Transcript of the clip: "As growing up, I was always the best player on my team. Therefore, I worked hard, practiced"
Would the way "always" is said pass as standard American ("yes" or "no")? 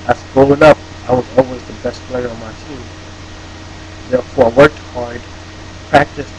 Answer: yes